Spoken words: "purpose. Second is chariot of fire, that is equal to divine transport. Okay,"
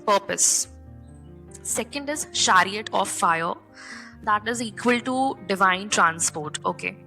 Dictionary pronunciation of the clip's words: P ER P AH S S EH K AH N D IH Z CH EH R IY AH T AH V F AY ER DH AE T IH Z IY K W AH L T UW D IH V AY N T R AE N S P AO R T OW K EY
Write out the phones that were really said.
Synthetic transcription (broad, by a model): P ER P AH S S EH K AH N D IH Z SH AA R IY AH T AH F AY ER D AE T IH Z IY K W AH L T UW D IH V AY N T R AE N S P AO R T OW K EY